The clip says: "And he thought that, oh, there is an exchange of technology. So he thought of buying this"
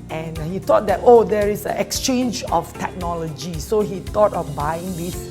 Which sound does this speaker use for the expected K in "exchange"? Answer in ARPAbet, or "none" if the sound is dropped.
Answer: K